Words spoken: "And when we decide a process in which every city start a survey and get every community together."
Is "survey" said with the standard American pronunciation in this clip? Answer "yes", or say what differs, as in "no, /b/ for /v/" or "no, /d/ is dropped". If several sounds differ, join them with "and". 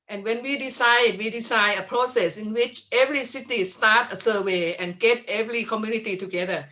no, /w/ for /v/